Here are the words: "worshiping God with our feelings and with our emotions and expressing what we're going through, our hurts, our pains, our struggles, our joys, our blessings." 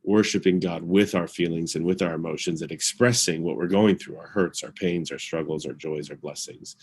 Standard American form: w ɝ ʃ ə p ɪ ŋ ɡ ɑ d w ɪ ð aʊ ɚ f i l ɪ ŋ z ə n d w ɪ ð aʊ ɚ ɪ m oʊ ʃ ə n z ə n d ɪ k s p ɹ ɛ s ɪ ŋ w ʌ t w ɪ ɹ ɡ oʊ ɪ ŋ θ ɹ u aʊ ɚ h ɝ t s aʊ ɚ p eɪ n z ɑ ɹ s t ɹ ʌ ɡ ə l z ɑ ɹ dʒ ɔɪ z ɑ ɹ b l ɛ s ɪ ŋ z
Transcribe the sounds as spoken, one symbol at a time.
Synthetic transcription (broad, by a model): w ɝ ʃ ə p ɪ ŋ ɡ ɑ d w ɪ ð aʊ ɚ f i l ɪ ŋ z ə n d w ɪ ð aʊ ɚ ɪ m oʊ ʃ ə n z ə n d ɪ k s p ɹ ɛ s ɪ ŋ w ʌ t w ɪ ɹ ɡ oʊ ɪ ŋ θ ɹ u aʊ ɚ h ɝ t s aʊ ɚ p eɪ n z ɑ ɹ s t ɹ ʌ ɡ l z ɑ ɹ dʒ ɔɪ z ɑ ɹ b l ɛ s ɪ ŋ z